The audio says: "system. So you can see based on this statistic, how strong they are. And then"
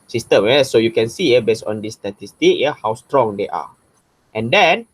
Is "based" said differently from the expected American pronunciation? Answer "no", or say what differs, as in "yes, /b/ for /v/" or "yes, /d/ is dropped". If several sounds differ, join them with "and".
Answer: yes, /t/ is dropped